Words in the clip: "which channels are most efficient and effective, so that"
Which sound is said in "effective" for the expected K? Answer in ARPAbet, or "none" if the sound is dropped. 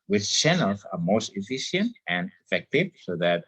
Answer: K